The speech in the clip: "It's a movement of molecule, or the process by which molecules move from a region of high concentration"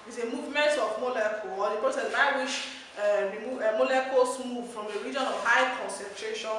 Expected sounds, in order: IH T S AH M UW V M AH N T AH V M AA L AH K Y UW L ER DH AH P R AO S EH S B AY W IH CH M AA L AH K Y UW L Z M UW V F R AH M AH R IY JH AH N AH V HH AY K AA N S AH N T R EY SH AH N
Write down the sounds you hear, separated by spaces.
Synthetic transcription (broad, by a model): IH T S AH M UW V M AH N T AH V M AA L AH K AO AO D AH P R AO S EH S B AY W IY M M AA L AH K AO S M UW V F R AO M AH R IY JH AH N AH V HH AY K AA N S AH N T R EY SH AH N